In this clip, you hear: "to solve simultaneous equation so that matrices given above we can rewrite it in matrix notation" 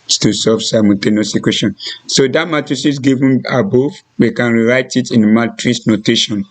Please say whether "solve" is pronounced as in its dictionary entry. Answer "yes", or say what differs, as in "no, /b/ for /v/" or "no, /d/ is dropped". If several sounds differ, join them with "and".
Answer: no, /l/ is dropped